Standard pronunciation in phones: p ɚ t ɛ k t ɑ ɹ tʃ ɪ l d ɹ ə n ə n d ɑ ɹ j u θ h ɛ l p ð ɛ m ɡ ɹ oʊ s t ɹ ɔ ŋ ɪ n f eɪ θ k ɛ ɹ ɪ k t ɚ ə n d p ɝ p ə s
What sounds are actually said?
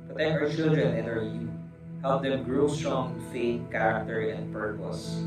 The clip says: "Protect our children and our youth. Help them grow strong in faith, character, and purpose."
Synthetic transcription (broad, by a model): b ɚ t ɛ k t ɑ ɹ tʃ ɪ l d ɹ ə n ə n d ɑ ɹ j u h ɛ l p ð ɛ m ɡ ɹ oʊ s t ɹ ɔ ŋ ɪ f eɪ t k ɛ ɹ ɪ k t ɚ ə n d p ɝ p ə s